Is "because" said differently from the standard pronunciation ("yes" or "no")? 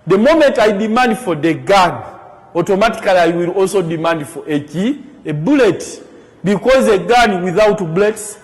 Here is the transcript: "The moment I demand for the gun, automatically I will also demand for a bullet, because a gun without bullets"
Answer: no